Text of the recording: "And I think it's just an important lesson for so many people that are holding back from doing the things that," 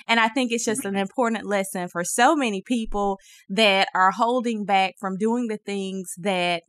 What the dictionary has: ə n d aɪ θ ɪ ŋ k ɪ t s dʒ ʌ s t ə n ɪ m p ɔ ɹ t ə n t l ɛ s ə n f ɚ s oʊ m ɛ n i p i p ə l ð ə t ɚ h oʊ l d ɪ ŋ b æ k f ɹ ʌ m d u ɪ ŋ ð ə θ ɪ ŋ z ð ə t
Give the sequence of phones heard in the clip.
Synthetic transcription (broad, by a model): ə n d aɪ θ ɪ ŋ k ɪ t s dʒ ʌ s t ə n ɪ m p ɔ ɹ t n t l ɛ s ə n f ɚ s oʊ m ɛ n i p i p l ð ə t ɚ h oʊ l d ɪ ŋ b æ k f ɹ ʌ m d u ɪ ŋ ð ə θ ɪ ŋ z ð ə t